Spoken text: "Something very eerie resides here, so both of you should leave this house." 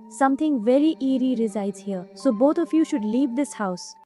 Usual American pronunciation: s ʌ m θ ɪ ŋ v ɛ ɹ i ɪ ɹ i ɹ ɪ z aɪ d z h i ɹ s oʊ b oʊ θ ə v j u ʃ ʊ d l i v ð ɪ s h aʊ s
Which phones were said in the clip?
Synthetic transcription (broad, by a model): s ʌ m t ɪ ŋ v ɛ ɹ i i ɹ i ɹ ɪ z aɪ d z h i ɹ s oʊ b oʊ t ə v j u ʃ ʊ d l i v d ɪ s h aʊ s